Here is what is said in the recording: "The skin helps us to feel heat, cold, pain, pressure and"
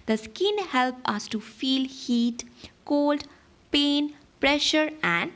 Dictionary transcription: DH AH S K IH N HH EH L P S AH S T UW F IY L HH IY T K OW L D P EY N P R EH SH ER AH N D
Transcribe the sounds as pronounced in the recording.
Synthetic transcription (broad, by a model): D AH S K IH N HH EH L P AH S T UW F IY L HH IY T K OW L D P EY N P R EH SH ER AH N D